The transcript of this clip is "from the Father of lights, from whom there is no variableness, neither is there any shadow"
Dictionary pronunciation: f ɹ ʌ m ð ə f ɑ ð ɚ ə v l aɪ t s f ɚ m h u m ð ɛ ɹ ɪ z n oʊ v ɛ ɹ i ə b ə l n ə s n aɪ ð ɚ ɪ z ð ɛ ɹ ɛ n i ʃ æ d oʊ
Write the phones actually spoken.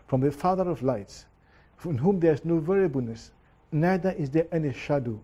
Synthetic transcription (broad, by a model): f ɹ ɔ m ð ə f ɑ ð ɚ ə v l aɪ t s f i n h u m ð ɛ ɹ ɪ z n oʊ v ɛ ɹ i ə b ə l n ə s n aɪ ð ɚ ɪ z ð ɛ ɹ ɛ n i ʃ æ d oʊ